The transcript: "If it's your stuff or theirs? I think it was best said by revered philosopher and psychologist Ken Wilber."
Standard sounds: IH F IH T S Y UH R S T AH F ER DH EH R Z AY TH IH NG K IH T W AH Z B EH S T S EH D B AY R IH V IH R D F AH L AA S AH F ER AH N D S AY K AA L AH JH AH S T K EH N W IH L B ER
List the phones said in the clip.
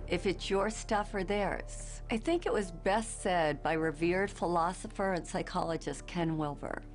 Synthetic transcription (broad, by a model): IH F IH T S Y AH R S T AH F ER DH EH R Z AY TH IH NG K IH T W AH Z B EH S T S EH D B AY R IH V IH R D F AH L AA S AH F ER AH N S AY K AA L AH JH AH S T K EH N W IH L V ER